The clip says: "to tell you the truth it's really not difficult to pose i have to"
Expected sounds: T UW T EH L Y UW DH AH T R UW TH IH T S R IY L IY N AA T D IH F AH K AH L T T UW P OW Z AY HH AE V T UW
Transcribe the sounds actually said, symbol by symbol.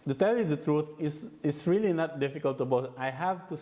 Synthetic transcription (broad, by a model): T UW T EH L Y UW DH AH T R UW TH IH S S R IY L IY N AA T D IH F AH K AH L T T UW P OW S AY HH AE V T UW